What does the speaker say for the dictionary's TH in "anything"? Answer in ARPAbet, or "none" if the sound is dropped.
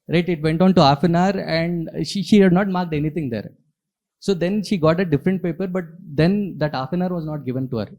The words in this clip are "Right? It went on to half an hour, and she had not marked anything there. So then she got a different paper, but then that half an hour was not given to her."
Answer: T